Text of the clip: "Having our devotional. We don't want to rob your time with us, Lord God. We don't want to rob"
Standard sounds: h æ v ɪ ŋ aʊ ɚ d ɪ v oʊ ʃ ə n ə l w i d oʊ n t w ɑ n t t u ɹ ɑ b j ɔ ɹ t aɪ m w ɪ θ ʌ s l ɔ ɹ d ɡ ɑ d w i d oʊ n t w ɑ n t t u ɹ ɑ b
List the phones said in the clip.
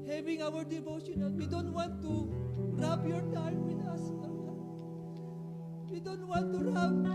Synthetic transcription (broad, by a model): h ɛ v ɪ ŋ aʊ ɚ d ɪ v oʊ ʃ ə n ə n w i d oʊ n t w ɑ n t t u ɹ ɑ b j ɔ ɹ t aɪ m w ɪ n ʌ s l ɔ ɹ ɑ w i d oʊ n t w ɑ n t t u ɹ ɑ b